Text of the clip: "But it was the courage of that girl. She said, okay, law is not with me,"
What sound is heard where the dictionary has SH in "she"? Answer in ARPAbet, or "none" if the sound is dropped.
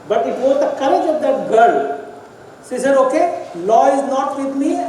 S